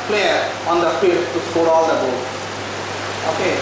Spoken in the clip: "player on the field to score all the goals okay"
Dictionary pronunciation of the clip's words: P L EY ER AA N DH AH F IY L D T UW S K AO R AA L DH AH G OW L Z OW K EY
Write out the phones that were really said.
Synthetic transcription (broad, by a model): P L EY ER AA N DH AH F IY D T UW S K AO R AA L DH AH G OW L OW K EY